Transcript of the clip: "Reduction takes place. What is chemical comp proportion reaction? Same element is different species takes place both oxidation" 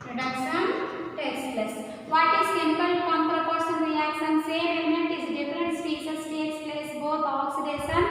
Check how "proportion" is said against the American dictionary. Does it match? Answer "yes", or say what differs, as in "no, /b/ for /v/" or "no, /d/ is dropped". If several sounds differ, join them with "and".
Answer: no, /s/ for /ʃ/